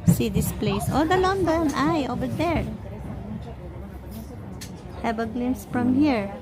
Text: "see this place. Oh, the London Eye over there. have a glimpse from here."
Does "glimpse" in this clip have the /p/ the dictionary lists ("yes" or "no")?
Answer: no